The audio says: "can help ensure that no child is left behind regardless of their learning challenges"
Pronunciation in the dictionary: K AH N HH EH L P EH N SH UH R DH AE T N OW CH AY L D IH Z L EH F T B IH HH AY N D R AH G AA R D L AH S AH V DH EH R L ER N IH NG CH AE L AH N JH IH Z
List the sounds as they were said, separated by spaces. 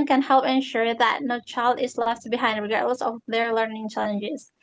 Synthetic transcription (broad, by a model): K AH N HH EH L P EH N SH UH R DH AE T N OW CH AY L D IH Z L EH F T B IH HH AY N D R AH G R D L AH S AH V DH EH R L ER N IH NG CH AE L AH N JH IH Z